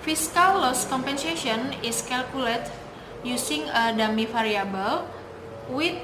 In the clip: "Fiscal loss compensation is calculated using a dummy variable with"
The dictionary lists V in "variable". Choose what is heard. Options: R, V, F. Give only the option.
F